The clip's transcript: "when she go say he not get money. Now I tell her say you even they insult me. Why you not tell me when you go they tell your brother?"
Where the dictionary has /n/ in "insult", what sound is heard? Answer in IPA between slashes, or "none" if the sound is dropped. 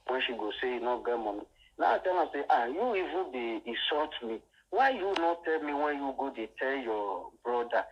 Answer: none